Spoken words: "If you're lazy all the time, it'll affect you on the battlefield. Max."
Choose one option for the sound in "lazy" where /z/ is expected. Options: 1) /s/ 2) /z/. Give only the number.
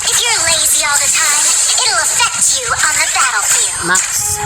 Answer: 2